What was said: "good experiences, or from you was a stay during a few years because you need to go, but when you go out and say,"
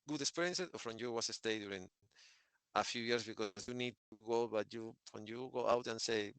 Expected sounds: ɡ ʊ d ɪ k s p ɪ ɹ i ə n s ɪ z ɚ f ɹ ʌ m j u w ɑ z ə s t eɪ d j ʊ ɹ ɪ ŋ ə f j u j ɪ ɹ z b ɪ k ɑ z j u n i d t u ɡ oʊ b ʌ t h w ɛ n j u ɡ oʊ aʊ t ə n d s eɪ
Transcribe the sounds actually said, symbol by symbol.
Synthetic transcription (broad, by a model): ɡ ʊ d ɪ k s p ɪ ɹ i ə n s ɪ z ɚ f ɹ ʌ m j u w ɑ s ə s t eɪ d j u ɹ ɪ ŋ ə f j u j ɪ ɹ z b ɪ k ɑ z j u n i d t u ɡ oʊ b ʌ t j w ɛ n j u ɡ oʊ aʊ t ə n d s eɪ